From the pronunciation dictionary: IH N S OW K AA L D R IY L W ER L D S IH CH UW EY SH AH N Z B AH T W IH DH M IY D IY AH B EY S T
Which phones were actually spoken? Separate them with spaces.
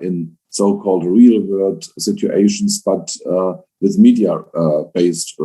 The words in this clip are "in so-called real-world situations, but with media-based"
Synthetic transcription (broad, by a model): IH N S OW K AA L D R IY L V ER D S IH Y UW EY SH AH N S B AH T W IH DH M IY D IY AH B EY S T